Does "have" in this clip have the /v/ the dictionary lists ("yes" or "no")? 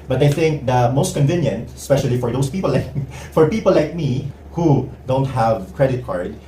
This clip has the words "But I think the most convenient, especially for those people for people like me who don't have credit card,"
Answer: yes